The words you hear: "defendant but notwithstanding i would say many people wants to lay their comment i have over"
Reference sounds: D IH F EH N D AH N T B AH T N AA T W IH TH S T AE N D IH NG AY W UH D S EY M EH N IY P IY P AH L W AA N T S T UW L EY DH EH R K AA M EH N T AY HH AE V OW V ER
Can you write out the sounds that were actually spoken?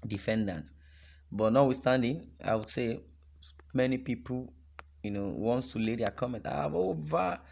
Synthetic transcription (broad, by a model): D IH F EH N D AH N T B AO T N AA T W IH S T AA N D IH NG AY W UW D S EY M EH N IY P IY P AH N W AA N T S T UW L EY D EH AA K AA M EH N T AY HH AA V OW V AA